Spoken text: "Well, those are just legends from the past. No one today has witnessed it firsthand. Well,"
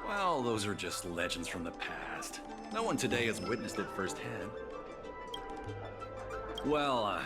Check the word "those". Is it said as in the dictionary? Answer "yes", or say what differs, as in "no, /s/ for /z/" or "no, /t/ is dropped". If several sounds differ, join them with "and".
yes